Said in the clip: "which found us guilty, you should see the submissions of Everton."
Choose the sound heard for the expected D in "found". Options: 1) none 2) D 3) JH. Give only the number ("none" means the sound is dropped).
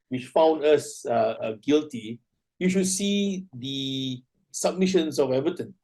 2